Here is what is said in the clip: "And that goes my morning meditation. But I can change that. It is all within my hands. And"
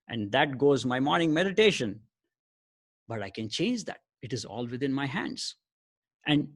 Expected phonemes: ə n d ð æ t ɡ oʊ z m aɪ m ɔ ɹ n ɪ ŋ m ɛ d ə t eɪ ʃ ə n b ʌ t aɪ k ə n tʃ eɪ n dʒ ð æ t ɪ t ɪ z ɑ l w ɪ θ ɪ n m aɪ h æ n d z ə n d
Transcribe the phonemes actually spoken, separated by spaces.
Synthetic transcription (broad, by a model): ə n d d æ t ɡ oʊ z m aɪ m ɔ ɹ n ɪ ŋ m ɛ d ə t eɪ ʃ ə n b ʌ t aɪ k ə n tʃ eɪ n dʒ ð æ t ɪ t ɪ z ɑ l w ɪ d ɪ n m aɪ h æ n d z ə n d